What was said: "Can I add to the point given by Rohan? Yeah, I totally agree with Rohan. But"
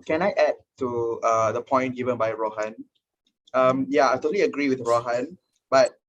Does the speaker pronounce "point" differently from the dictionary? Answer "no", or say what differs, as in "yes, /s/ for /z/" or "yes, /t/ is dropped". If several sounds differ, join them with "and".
no